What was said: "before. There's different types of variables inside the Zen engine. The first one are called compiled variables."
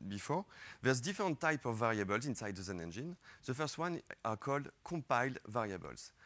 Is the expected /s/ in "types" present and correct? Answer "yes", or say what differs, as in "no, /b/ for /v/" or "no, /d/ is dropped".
no, /s/ is dropped